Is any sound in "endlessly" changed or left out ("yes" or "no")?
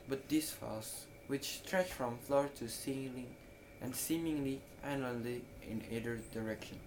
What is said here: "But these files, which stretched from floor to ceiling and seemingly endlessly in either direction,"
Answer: yes